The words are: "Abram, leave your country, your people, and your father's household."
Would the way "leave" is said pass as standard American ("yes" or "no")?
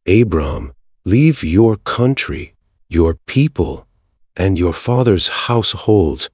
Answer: yes